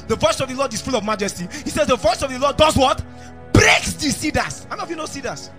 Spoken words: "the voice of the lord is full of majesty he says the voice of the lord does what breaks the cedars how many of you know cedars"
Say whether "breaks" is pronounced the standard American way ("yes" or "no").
yes